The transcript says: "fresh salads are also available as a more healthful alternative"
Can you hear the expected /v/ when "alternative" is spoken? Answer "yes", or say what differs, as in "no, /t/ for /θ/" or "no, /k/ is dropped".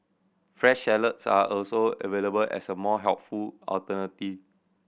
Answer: no, /v/ is dropped